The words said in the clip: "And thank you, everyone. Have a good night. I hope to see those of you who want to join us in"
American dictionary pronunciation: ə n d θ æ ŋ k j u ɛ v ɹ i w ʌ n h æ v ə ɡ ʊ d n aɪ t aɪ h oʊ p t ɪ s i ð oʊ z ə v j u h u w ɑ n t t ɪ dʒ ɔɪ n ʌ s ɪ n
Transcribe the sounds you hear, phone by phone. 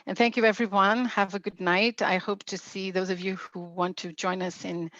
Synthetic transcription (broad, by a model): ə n θ æ ŋ k j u ɛ v ɹ i w ʌ n h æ v ə ɡ ʊ d n aɪ t aɪ h oʊ p t ɪ s i ð oʊ z ə v j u h u w ɑ n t t ɪ dʒ ɔɪ n ʌ s ɪ n